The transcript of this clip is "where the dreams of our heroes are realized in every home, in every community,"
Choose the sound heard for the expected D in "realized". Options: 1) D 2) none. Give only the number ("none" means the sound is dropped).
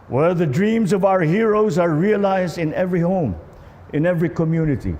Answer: 1